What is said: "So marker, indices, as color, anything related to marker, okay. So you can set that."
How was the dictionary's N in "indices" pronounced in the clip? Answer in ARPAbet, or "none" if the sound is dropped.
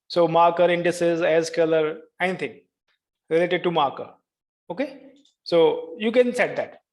N